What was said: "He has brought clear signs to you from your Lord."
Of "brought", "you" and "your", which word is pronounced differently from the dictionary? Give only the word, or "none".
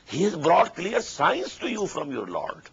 none